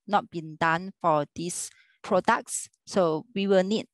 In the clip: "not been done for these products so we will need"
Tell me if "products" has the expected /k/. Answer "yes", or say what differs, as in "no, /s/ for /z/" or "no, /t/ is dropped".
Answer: yes